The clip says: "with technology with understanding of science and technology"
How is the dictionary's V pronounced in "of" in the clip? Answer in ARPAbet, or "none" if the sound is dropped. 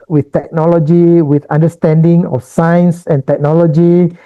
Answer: F